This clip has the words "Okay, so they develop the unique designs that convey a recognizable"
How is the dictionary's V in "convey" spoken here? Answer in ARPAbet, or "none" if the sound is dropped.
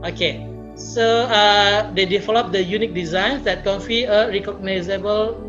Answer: F